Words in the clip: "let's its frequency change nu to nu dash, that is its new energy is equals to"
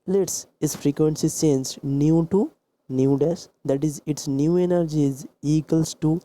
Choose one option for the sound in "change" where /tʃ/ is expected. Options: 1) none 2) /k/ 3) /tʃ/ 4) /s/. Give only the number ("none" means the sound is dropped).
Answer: 4